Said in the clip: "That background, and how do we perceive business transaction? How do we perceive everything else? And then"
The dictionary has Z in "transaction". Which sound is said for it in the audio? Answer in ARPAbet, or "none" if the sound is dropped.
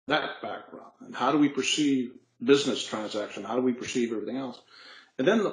Z